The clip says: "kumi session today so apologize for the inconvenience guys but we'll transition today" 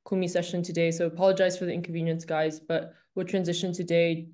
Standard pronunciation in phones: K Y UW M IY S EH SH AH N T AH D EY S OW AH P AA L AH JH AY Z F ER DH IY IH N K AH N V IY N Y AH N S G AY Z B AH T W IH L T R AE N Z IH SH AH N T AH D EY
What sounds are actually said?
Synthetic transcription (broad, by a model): K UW M IY S EH SH AH N T AH D EY S OW AH P AA L AH JH AY Z F ER DH IY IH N K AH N V IY N Y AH N S G AY Z B AH T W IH T R AE N Z IH SH AH N T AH D EY